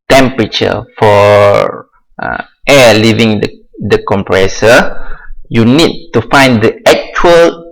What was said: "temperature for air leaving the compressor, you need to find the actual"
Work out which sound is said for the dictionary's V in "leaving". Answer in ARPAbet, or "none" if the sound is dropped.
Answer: V